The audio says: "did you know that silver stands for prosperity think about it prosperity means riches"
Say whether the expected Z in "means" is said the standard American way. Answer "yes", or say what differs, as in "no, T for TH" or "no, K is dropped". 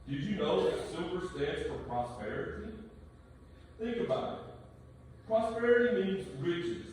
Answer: yes